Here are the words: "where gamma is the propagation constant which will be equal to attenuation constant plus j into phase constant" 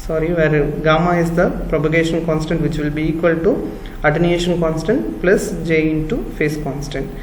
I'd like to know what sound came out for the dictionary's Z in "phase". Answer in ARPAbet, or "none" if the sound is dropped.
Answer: S